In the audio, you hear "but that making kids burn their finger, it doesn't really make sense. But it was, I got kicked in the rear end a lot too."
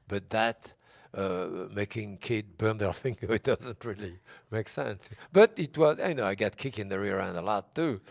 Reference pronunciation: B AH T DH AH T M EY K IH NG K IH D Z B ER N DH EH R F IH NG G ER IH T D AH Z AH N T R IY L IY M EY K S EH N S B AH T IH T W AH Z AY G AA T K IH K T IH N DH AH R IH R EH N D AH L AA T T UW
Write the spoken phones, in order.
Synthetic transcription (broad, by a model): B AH T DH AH T M EY K IH NG K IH D B ER N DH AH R F IH NG G ER IH T D AH Z AH N T R IY L IY M EY K S EH N S B AH T IH T W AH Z AY G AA T K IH K IH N DH AH R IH R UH N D AH L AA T T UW